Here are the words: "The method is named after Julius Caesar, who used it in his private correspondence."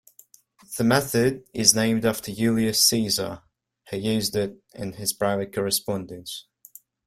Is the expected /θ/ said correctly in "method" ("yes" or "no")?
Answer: yes